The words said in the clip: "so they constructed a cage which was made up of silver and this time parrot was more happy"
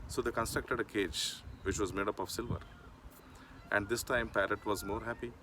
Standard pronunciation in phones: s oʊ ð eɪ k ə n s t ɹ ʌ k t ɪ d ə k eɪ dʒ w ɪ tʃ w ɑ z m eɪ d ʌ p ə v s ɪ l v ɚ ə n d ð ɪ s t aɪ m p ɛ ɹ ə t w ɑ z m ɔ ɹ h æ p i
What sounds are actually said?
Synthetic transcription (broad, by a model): s oʊ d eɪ k ə n s t ɹ ʌ k t ɪ d ə k eɪ dʒ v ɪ tʃ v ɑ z m eɪ d ʌ p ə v s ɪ l v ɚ ə n d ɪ s t aɪ m p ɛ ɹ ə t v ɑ z m ɔ ɹ h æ p i